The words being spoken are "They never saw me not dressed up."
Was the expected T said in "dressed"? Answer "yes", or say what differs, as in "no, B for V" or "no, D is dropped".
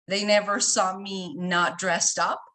yes